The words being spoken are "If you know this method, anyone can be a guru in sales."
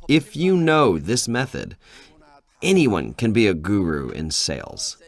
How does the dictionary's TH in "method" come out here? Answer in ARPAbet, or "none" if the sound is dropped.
TH